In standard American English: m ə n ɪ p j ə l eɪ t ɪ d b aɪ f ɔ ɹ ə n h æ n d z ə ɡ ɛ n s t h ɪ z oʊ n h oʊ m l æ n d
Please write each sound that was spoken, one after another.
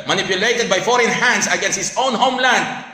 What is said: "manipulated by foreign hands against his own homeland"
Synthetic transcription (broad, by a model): m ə n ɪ p j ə l eɪ t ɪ d b aɪ f ɔ ɹ ə n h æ n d s ə ɡ ɛ n s t h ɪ s oʊ n h oʊ m l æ n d